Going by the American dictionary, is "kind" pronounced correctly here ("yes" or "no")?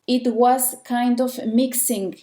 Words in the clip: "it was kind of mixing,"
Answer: yes